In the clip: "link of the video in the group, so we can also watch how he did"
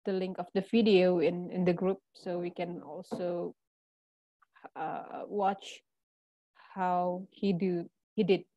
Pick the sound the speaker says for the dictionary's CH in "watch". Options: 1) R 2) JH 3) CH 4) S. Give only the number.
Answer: 3